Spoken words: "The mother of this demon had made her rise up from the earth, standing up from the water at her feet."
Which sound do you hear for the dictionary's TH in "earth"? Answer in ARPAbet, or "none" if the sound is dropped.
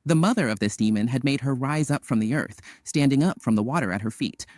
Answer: TH